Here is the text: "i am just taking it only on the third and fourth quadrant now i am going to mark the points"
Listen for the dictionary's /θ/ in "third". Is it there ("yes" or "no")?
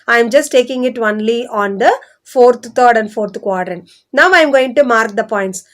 no